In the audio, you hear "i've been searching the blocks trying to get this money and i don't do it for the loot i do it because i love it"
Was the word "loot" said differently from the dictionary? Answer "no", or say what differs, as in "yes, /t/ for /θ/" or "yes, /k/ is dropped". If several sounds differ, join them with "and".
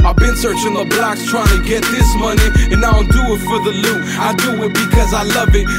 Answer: yes, /t/ is dropped